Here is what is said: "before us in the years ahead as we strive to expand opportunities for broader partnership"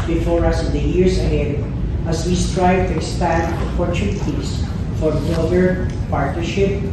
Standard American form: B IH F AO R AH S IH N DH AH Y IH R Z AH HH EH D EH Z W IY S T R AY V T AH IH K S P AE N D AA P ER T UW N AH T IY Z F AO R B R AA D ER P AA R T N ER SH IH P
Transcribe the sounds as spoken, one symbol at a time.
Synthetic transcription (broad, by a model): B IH F AO R AH S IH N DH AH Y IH R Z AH HH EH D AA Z W IY S T R AY V T AH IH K S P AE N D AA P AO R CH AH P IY S F AO R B AA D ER P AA R T N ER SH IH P